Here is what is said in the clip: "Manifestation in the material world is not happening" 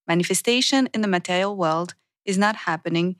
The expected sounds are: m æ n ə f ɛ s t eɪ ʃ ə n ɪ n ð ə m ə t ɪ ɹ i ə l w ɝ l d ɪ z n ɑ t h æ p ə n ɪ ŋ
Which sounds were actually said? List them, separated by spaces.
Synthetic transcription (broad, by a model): m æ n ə f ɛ s t eɪ ʃ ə n ɪ n ð ə m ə t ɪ ɹ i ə l w ɝ l d ɪ z n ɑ t h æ p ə n ɪ ŋ